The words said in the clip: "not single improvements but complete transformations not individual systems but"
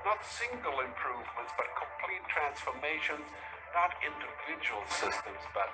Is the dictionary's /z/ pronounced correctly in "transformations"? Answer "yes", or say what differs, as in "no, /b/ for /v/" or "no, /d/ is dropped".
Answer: yes